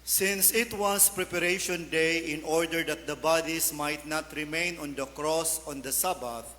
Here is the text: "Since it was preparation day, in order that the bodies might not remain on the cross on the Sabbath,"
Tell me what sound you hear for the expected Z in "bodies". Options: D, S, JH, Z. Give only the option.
S